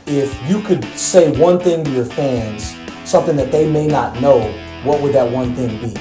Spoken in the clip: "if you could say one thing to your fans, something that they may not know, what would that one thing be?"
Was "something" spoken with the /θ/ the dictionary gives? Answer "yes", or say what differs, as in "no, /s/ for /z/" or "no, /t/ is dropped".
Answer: yes